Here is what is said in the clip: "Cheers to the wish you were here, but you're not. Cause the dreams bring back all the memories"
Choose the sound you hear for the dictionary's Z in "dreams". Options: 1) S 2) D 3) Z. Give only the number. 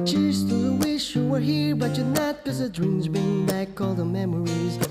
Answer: 3